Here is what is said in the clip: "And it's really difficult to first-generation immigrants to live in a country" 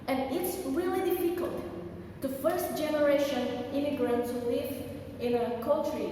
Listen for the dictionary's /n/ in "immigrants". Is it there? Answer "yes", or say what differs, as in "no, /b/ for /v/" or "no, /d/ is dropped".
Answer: yes